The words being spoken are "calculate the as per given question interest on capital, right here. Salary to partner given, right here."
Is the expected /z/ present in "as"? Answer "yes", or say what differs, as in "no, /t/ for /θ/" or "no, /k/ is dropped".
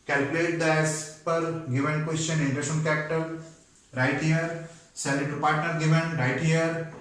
no, /s/ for /z/